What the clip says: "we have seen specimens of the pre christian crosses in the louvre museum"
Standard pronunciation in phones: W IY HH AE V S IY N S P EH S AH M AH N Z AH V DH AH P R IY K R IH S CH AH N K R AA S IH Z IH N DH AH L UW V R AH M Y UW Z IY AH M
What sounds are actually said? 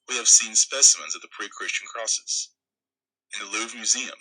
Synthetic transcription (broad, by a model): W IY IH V S IY N S P EH S AH M AH N Z AH V DH AH P R IY K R IH S CH N K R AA S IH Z IH N DH AH L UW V M Y UW Z IY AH M